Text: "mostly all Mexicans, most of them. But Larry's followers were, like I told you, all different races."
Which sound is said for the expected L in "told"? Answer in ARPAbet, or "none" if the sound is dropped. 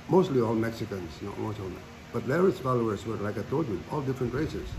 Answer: none